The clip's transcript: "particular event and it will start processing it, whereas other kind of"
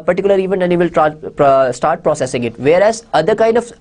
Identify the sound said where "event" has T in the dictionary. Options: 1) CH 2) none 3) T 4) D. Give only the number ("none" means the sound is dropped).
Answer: 2